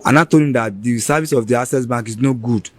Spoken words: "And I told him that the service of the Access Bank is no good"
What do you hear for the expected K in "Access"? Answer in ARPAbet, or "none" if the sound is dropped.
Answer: none